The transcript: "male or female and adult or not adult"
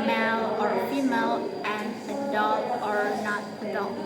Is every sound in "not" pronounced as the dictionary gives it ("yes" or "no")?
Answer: yes